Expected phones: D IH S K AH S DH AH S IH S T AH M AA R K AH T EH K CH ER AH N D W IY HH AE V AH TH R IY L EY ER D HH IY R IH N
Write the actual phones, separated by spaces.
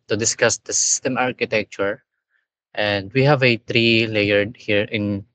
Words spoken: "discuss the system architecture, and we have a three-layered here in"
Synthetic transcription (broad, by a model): D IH S K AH S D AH S IH S T AH M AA R K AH T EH K CH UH AH N D W IY HH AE V AH T R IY L EY ER D HH IY R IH N